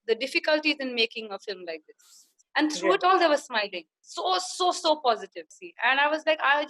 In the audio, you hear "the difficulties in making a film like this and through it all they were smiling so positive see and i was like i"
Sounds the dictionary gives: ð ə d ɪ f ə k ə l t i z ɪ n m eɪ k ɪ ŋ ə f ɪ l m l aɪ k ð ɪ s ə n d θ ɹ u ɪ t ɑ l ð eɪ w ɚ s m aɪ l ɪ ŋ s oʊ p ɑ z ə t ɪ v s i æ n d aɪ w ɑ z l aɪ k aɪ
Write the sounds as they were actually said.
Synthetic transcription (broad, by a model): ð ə d ɪ f ə k ə l t i z ɪ n m eɪ k ɪ ŋ ə f ɪ l m l aɪ k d ɪ s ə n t ɹ u ɪ t ɑ l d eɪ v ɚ s m aɪ l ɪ ŋ s oʊ p ɑ z ə t ɪ v s i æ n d aɪ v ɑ z l aɪ k aɪ